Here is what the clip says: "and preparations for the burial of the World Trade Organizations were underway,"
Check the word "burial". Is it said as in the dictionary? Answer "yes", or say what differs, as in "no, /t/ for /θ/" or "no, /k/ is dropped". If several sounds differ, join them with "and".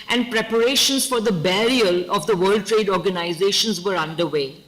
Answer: yes